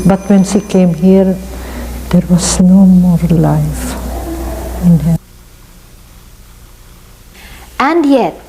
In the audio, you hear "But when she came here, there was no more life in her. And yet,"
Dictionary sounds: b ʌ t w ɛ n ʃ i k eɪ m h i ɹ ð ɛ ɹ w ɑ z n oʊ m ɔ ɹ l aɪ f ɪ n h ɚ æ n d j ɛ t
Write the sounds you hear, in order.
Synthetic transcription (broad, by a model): b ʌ t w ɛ n s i k eɪ m h i ɹ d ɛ ɹ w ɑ s n oʊ m ɔ ɹ l aɪ f ɪ n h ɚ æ n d j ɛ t